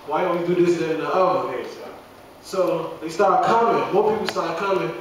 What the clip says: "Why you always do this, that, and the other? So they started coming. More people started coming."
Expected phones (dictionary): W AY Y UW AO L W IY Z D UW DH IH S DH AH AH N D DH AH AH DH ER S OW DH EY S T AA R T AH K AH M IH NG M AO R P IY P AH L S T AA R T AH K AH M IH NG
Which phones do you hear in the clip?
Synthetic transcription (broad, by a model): W AY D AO W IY D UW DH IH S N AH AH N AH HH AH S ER S OW DH EY S T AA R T K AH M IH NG M AO R P IY P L S T AA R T K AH M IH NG